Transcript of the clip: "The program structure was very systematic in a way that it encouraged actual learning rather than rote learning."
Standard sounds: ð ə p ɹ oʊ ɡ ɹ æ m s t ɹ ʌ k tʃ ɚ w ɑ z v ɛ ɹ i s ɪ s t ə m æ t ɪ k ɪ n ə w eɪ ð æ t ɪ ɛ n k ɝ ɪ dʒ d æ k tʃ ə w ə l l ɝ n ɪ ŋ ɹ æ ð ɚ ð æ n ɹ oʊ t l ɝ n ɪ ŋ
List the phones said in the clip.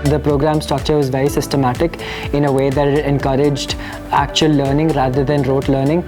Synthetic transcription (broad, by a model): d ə p ɹ oʊ ɡ ɹ æ m s t ʌ k tʃ ɚ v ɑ z v ɛ ɹ i s ɪ s t ə m æ t ɪ k ɪ n ə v eɪ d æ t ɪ ɛ n k ɝ ɪ dʒ d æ k tʃ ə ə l l ɝ n ɪ ŋ ɹ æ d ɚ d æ n ɹ oʊ t l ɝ n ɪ ŋ